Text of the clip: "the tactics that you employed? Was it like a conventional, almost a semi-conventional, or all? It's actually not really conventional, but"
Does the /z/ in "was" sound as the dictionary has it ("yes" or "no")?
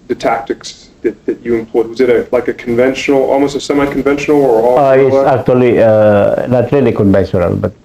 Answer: yes